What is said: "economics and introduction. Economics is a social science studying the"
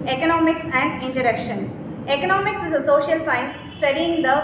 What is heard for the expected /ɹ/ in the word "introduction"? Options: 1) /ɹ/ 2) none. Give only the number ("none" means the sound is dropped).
2